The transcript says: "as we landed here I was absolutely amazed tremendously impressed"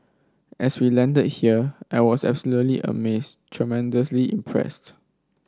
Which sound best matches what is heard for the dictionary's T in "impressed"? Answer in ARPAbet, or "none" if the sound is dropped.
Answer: T